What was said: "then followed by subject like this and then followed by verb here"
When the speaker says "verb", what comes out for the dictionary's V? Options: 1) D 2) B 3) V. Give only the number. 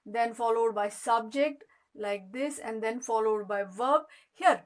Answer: 3